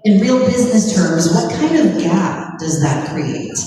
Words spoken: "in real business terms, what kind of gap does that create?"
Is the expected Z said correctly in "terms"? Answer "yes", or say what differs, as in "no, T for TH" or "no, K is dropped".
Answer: yes